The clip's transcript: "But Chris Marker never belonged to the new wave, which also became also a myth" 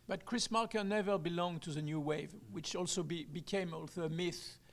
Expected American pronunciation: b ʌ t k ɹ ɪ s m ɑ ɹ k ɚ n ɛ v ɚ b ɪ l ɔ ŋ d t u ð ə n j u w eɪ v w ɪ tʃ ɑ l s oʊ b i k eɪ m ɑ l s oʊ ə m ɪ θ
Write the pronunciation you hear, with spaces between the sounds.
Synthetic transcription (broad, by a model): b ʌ t k ɹ ɪ s m ɑ ɹ k ɚ n ɛ v ɚ b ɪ l ɔ ŋ t u ð ə n j u w eɪ v w ɪ tʃ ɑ l s oʊ b i k eɪ m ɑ l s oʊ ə m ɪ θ